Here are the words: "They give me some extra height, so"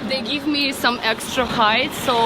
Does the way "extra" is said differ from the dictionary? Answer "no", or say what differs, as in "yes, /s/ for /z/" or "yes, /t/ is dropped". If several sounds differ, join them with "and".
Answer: no